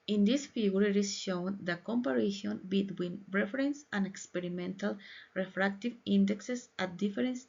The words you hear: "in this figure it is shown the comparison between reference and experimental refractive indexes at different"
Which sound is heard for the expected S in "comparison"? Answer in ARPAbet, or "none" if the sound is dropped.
SH